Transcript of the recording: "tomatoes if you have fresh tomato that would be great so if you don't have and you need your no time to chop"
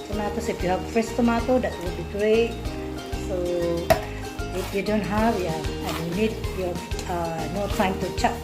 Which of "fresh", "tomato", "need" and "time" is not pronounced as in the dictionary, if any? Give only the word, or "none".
fresh